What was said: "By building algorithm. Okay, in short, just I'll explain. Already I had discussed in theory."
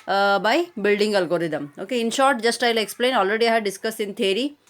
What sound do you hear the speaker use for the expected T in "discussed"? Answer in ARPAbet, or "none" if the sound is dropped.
none